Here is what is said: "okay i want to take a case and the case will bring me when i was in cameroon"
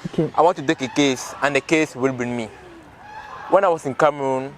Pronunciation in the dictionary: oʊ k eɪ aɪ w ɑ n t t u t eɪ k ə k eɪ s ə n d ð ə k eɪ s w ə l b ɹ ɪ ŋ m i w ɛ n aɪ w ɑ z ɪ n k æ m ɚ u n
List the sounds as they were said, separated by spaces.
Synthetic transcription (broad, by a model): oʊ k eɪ aɪ w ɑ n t t u t eɪ k ə k eɪ s ə n d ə k eɪ s w ə l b i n m i w ɛ n aɪ w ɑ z ɪ n k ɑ m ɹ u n